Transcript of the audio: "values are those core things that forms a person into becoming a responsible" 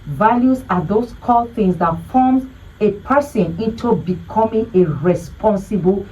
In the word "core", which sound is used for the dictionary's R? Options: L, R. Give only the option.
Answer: L